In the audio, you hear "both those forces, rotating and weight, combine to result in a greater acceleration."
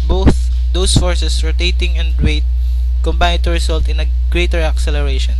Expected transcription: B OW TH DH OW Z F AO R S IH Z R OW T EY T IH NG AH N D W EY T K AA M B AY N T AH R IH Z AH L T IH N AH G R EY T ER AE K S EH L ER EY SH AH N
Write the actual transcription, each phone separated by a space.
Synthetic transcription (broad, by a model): B OW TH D OW S F AO R S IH S R OW T EY T IH NG AH N D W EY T K AA M B AY N T AH R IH S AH L T IH N AH G R EY T ER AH K S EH L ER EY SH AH N